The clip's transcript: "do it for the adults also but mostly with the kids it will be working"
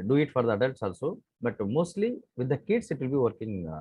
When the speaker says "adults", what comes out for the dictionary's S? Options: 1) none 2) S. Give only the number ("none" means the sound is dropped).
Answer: 2